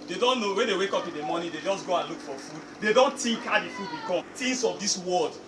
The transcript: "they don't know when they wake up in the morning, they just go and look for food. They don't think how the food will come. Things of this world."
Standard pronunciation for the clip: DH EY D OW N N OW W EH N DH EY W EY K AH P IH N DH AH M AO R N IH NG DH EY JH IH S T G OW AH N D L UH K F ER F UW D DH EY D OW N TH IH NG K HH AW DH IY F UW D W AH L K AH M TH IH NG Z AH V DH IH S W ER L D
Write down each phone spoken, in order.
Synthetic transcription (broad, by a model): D EY D OW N N OW W EH N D EY W EY K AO P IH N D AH M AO N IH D EY JH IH S G OW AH N L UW K F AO F UW D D EY D OW N T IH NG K HH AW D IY F UW D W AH K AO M T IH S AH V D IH S W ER L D